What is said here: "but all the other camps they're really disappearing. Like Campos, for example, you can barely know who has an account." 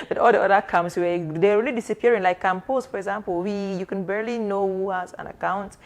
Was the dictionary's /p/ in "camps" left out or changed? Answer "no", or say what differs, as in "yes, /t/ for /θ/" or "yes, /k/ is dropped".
yes, /p/ is dropped